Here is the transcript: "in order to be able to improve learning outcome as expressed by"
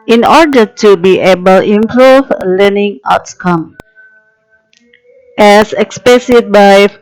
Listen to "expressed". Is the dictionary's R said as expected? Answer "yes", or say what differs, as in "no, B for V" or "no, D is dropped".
no, R is dropped